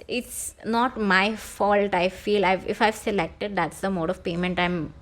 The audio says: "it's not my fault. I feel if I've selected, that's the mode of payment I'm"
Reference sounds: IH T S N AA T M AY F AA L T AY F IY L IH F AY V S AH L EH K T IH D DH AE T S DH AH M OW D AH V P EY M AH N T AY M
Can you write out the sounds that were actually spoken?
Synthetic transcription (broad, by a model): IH T S N AA T M AY F AA L T AY F IY L IH F AY V S AH L EH K T IH D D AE T S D AH M OW D AH V P EY M AH N T AY M